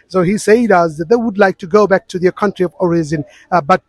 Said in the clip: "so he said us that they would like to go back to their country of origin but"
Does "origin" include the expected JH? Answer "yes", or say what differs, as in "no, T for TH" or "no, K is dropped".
no, Z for JH